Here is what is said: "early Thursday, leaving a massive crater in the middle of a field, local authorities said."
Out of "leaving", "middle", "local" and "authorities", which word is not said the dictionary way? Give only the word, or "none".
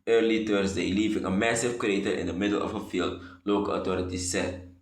authorities